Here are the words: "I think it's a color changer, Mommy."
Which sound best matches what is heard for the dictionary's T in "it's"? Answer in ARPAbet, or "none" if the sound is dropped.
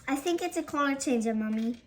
T